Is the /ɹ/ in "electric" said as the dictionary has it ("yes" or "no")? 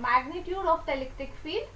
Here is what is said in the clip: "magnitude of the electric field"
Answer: no